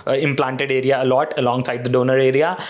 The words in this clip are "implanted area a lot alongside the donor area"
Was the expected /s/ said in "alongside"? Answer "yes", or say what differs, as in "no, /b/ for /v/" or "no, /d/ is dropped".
yes